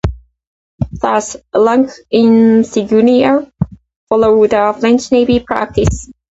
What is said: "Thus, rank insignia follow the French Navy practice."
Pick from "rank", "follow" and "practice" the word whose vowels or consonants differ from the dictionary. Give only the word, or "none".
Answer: rank